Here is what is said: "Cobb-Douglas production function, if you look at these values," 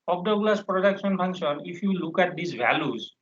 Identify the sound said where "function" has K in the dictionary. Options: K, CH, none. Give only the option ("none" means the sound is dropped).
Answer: none